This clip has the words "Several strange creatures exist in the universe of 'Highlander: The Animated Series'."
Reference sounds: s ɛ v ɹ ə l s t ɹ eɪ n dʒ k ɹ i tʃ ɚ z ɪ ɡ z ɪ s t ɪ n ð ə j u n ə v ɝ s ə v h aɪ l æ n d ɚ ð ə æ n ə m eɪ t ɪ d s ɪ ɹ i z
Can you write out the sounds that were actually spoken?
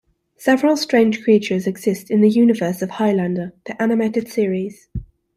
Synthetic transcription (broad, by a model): s ɛ v ɹ ə l s t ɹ eɪ n ʒ k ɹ i tʃ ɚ z ɪ ɡ z ɪ s t ɪ n ð ə j u n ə v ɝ s ə v h aɪ l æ n d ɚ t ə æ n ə m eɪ t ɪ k s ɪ ɹ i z